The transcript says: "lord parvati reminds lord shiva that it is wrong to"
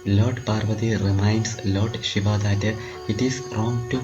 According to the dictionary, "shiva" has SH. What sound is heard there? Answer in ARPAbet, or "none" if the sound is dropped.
SH